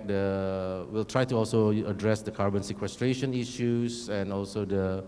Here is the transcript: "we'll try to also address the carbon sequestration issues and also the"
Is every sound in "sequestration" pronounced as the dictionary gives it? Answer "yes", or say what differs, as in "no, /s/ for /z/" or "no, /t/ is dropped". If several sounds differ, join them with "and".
yes